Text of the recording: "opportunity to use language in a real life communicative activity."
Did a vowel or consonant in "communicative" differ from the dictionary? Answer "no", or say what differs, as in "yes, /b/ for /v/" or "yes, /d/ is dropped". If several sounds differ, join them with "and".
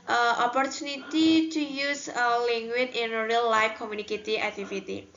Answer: yes, /v/ is dropped